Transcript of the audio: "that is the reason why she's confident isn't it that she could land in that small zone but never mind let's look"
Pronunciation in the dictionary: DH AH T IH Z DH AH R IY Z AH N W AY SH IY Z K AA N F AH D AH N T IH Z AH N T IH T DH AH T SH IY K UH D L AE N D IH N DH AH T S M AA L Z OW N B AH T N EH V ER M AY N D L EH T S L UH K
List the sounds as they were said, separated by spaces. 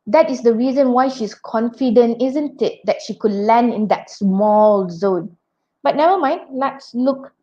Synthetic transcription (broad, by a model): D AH T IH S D AH R IY Z AH N W AY SH IY S K AA N F AH D AH N T IH Z AH N T IH T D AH T SH IY K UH D L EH N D IH N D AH T S M AA L Z OW N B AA T N EH V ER M AY N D L EH T S L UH K